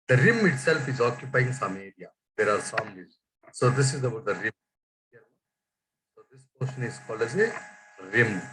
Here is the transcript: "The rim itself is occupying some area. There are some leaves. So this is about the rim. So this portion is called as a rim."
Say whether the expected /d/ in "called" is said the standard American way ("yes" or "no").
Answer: no